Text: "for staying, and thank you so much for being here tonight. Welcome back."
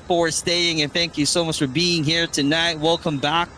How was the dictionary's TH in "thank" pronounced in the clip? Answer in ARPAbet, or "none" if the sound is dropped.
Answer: TH